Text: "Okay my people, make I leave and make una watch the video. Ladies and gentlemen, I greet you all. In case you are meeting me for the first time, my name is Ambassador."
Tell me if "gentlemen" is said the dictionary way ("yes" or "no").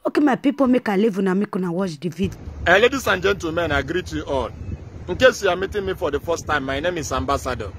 no